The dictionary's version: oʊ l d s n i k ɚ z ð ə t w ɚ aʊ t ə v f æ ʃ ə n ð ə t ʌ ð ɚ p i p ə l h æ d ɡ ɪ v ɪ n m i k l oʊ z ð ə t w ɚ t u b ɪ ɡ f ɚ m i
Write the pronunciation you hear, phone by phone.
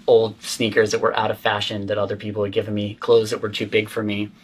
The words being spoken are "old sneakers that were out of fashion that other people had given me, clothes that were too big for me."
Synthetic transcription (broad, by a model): oʊ l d s n i k ɚ z ð ə t w ɚ aʊ t ə v f æ ʃ ə n ð ə t ʌ ð ɚ p i p l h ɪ d ɡ ɪ v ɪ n m i k l oʊ z ð ə t w ɚ t u b ɪ ɡ f ɚ m i